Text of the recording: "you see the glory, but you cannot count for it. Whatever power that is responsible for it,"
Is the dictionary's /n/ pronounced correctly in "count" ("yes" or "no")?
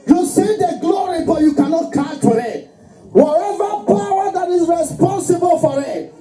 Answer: no